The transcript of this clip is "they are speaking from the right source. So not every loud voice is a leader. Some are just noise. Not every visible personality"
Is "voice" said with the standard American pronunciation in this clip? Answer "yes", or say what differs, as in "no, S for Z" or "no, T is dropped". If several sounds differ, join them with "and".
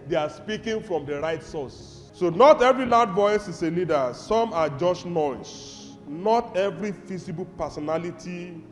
yes